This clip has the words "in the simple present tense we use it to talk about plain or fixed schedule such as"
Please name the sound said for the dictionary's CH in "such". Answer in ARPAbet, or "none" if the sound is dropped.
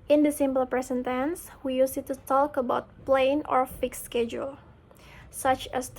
CH